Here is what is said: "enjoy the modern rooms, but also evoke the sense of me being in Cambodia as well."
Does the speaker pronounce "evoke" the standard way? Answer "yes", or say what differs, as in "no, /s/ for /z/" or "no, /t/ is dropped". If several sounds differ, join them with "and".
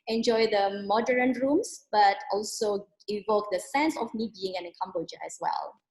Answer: yes